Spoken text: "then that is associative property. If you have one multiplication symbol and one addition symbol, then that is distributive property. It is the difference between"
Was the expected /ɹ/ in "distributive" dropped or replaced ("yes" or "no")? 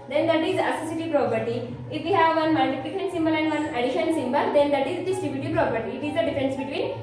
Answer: yes